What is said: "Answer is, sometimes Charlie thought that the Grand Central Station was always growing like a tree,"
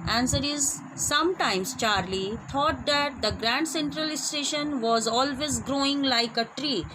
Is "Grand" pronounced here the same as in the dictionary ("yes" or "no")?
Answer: yes